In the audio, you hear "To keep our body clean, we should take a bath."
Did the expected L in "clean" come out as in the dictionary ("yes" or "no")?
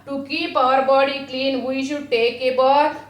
yes